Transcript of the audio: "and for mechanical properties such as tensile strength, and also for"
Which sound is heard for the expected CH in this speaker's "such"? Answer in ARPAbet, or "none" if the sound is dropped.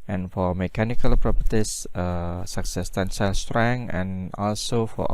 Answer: S